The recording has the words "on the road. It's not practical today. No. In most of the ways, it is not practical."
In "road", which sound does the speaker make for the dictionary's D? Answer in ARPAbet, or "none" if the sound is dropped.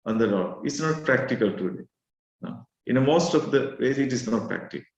none